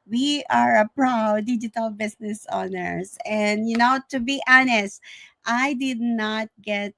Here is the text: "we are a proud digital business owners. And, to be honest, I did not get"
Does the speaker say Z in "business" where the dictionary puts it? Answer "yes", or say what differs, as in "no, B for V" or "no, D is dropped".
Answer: no, S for Z